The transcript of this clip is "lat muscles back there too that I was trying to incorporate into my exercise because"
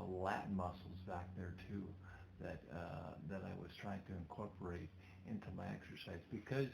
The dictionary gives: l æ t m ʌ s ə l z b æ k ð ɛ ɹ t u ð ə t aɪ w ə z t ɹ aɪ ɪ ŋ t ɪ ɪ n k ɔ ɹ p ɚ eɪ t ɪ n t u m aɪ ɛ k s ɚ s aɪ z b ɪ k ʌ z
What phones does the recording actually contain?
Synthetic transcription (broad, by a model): l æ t m ʌ s l z b æ k ð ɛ ɹ t u ð ə t aɪ w ə z t ɹ aɪ ɪ ŋ t ɪ ɪ n k ɔ ɹ p ɚ eɪ t ɪ n t u m aɪ ɛ k s ɚ s aɪ z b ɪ k ʌ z